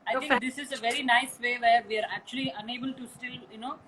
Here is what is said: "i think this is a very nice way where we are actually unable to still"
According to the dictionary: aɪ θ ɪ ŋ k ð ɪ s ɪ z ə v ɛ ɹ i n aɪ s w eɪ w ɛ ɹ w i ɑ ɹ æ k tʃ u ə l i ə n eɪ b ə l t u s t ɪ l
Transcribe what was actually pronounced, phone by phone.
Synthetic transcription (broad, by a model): aɪ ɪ k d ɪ s ɪ z ə v ɛ ɹ i n aɪ s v eɪ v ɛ ɹ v i ɑ ɹ æ k tʃ u ə l i ə n eɪ b ə l t u s t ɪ l